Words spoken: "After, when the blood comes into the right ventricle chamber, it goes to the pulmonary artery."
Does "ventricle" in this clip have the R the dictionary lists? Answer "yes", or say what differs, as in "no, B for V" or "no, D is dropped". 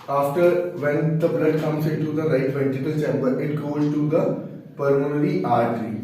no, R is dropped